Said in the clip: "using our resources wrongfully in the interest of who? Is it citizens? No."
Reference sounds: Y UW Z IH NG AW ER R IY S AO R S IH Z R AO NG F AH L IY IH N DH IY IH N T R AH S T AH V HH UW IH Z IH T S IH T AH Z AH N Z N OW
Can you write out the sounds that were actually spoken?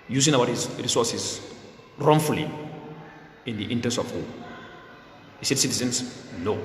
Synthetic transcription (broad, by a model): Y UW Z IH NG AW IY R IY S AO S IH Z R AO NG F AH L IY IH N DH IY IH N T AH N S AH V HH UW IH S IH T S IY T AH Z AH N S N OW